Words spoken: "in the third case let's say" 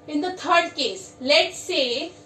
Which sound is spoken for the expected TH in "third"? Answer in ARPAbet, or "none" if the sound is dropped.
T